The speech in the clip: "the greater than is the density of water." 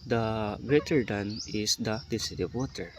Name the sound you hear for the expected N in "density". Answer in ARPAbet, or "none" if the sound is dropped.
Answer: none